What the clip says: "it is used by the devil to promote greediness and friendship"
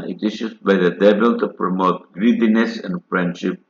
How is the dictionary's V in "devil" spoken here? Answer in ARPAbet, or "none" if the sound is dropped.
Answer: B